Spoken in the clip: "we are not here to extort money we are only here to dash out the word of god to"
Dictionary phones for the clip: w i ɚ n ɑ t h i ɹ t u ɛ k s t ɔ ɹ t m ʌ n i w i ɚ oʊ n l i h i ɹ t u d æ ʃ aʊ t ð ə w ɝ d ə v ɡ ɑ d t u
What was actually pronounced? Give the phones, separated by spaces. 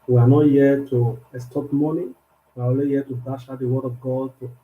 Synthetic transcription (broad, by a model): w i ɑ n ɑ t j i t u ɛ s t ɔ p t m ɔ n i w i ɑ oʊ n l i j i t u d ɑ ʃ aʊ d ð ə w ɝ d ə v ɡ ɑ d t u